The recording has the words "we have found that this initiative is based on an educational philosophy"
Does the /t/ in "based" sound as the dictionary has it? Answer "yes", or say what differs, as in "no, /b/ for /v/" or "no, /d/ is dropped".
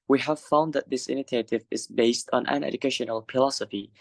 yes